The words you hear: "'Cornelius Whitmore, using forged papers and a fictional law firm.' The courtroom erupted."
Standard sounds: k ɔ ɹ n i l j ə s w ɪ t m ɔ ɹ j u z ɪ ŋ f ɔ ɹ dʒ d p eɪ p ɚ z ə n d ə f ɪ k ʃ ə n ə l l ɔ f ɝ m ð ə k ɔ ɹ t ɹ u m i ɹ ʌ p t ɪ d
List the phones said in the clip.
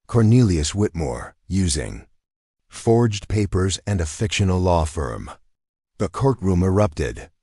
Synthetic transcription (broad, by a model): k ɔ ɹ n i l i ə s w ɪ t m ɔ ɹ j u z ɪ ŋ f ɔ ɹ dʒ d p eɪ p ɚ z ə n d ə f ɪ k ʃ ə n l l ɔ f ɝ m ð ə k ɔ ɹ t ɹ u m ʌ ɹ ʌ p t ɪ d